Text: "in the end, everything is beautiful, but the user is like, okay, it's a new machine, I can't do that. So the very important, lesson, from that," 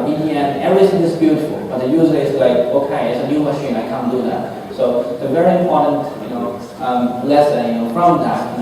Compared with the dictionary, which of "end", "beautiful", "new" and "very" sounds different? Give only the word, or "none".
end